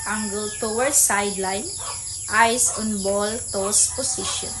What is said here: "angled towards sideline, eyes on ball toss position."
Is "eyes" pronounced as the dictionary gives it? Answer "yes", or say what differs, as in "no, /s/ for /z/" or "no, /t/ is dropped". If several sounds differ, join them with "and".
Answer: no, /s/ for /z/